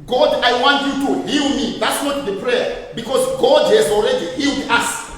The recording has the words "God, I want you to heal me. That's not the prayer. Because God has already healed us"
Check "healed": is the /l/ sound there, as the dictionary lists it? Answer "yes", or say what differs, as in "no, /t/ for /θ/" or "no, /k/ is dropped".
yes